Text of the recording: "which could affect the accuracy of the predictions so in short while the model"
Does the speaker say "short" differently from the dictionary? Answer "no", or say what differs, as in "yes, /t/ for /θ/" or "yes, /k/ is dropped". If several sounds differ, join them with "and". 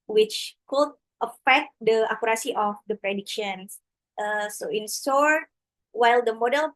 yes, /s/ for /ʃ/